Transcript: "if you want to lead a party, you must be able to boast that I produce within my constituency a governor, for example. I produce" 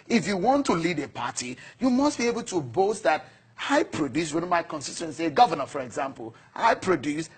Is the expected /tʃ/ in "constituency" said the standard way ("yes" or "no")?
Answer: no